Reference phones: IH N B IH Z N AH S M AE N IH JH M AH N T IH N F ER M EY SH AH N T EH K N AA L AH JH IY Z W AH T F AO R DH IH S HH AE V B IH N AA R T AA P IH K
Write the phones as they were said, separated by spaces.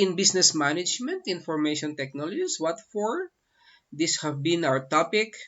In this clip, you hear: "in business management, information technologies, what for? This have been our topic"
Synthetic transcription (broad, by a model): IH N B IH S N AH S M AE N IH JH M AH N T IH N F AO M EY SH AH N T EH K N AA L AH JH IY S W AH T F AO R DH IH S HH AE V B IH N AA W T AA P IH K